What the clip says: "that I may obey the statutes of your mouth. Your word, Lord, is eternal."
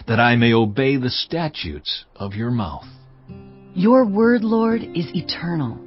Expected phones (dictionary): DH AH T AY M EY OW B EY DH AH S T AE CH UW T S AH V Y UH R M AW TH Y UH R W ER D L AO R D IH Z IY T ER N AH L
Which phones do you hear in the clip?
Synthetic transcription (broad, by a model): DH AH T AY M EY OW B EY DH AH S T AE CH UW T S AH V Y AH R M AW TH Y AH R W ER D L AO R D IH Z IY T ER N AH L